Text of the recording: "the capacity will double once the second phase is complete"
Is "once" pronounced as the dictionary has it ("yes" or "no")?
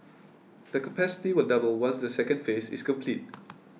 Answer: no